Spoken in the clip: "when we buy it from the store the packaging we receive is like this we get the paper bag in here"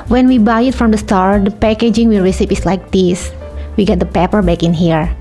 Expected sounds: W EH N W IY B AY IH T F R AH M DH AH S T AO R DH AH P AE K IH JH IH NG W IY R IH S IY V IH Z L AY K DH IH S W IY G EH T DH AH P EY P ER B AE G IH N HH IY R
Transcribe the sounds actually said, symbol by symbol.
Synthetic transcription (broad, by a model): W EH N W IY B AY IH T F R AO M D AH S T AO R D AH P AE K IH JH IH NG W IY R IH S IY P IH S L AY K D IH S W IY G EH T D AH P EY P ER B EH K IH N HH IY R